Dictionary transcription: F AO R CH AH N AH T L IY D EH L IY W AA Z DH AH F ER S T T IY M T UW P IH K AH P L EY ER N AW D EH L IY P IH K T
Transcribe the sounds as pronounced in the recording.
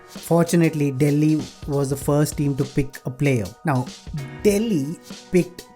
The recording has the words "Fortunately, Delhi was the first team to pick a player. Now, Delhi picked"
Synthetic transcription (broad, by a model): F AO R CH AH N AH T L IY D EH L IY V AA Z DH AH F ER S T T IY M T UW P IH K AH P L EY ER N AW D EH L IY P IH K T